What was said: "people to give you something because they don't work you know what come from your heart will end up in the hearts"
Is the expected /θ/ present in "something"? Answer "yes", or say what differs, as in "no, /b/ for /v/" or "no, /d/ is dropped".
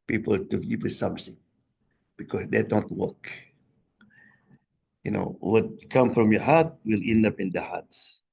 no, /s/ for /θ/